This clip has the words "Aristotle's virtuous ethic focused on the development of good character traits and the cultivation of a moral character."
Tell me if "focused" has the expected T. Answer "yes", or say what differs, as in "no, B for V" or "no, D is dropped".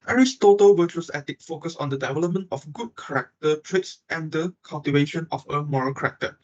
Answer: no, T is dropped